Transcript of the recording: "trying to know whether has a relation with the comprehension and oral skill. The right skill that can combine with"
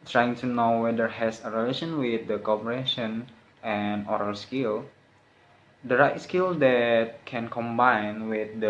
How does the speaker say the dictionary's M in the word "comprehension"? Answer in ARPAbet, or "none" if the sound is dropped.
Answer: none